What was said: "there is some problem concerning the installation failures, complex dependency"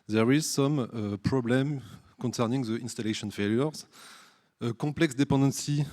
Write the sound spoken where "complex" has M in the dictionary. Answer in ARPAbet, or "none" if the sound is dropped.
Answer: none